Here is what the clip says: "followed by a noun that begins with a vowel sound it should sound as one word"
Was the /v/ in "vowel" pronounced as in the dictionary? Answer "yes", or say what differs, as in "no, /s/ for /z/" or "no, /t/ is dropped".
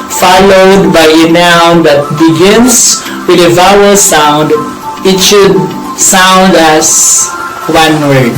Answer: yes